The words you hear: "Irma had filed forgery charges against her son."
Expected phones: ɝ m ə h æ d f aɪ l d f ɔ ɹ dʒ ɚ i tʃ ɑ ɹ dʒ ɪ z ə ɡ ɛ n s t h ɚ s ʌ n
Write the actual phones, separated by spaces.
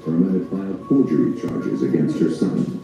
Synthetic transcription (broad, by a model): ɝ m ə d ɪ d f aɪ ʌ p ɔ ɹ dʒ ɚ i tʃ ɑ ɹ dʒ ɪ z ə ɡ ɛ n s t h ɚ s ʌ n